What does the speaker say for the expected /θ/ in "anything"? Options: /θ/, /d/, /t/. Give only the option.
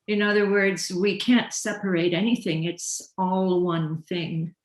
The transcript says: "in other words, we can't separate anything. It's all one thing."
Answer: /θ/